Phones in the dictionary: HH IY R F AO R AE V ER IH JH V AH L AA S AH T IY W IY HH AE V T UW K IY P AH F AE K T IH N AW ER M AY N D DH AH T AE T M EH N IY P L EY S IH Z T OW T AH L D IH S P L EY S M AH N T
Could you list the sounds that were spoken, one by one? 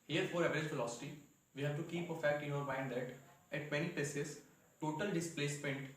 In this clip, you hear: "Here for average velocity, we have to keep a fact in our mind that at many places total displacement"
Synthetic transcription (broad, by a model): HH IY R F AO R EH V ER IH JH F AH L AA S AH T IY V IY HH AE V T UW K IY P AH F AE K T IH N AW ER M AY N D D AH T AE T M EH N IY P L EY S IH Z T OW T AH L D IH S P L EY S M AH N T